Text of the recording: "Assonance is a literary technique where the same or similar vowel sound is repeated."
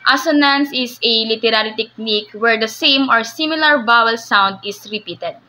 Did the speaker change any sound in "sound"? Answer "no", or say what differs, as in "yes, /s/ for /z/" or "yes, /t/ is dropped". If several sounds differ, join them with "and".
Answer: no